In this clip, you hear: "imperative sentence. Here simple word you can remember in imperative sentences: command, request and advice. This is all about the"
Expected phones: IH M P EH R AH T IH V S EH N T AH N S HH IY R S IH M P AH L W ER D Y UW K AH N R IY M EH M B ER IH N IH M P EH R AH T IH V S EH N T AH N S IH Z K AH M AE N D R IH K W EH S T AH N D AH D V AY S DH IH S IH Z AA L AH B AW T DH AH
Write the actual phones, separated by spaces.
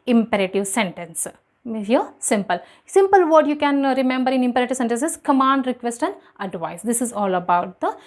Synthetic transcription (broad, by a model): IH M P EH R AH T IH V S EH N T AH N S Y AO L S IH M P AH L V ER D Y UW K AH N R IY M EH M B ER IH N IH M P EH R AH T IH V S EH N T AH N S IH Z K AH M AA N D R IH K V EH S T AH N D AH D V AY S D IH S IH Z AA L AH B AW T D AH